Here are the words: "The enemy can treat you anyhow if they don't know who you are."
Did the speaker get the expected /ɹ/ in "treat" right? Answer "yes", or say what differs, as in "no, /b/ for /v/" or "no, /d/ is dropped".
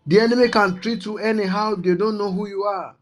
yes